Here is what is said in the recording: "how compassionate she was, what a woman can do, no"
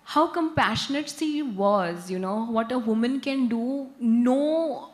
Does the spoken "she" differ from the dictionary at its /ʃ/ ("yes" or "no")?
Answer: yes